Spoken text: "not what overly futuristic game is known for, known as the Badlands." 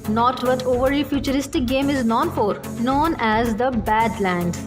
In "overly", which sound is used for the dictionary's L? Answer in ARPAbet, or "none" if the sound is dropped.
none